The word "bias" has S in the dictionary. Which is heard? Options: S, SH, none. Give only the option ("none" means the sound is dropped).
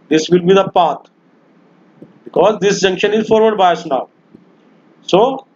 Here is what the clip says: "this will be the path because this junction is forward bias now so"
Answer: S